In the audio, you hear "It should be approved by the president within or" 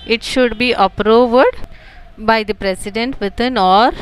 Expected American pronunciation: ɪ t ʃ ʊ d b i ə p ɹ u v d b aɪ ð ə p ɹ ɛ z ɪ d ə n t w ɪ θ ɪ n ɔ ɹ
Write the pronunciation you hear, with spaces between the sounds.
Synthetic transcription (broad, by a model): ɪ t ʃ ʊ d b i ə p ɹ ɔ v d b aɪ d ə p ɹ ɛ s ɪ d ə n t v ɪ t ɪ n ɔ ɹ